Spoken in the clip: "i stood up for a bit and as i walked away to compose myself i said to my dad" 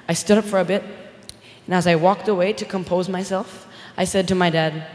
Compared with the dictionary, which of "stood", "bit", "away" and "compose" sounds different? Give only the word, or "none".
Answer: none